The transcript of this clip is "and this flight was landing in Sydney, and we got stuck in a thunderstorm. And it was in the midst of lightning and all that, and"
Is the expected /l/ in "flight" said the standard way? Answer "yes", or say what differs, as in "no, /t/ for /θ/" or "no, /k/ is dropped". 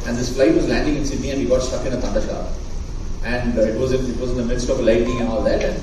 yes